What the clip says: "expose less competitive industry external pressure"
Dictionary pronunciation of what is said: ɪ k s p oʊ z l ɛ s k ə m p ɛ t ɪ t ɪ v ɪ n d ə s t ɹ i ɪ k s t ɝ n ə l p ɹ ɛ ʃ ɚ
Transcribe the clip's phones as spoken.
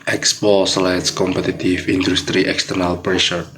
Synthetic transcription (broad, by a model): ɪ k s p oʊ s l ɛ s k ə m p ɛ t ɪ t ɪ f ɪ n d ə s t ɹ i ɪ k s t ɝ n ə l p ɹ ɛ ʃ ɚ